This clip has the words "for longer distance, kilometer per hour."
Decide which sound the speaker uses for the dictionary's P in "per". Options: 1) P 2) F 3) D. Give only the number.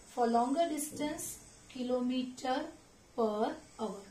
1